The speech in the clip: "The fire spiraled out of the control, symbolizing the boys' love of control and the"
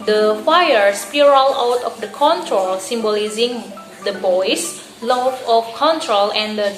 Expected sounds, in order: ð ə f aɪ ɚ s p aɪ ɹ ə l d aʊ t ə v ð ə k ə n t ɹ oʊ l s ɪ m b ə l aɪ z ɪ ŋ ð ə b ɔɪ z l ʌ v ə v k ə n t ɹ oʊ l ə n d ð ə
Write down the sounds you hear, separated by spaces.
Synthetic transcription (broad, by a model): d ə f aɪ ɚ s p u ɹ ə l aʊ t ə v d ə k ə n t ɹ oʊ l s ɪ m b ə l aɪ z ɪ ŋ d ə b ɔɪ s l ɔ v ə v k ə n t ɹ oʊ l ə n d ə